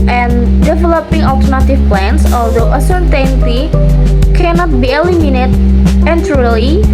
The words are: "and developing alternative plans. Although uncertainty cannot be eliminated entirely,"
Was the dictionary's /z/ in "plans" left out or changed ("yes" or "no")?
yes